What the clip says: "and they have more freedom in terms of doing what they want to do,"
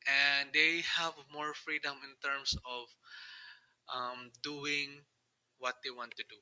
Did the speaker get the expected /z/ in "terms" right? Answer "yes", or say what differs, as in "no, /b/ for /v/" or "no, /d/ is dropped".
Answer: no, /s/ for /z/